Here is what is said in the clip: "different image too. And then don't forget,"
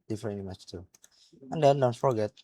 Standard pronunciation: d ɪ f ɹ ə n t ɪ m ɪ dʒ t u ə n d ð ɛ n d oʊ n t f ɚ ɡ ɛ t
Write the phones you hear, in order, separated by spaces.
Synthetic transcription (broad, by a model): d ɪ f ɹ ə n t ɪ m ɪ tʃ t u ə n d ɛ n d oʊ n t f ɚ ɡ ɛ t